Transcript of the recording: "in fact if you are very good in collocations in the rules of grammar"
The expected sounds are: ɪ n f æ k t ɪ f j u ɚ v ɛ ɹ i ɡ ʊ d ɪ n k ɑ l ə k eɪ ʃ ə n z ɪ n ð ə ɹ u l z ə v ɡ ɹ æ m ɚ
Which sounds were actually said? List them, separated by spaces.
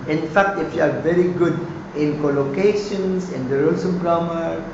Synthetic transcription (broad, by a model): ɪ n f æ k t ɪ f j u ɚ v ɛ ɹ i ɡ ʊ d ɪ n k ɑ l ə k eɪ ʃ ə n s ɪ n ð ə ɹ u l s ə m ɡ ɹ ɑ m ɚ